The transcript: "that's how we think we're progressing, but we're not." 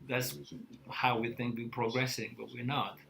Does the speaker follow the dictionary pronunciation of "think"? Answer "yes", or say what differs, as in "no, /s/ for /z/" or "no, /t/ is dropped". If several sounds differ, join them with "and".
yes